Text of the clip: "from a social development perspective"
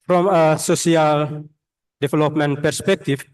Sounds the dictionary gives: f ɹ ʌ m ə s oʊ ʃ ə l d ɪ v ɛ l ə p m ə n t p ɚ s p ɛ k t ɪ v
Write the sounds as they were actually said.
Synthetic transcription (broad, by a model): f ɹ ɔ m ə s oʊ s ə l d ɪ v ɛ l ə p m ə n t p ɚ s p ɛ k t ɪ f